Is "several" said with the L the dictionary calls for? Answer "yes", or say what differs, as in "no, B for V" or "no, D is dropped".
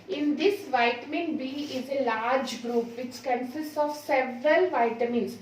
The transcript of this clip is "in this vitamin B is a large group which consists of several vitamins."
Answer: yes